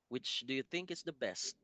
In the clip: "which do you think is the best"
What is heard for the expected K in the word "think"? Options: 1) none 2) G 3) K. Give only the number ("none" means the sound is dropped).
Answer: 3